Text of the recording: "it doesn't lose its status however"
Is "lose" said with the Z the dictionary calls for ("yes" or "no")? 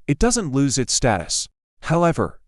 yes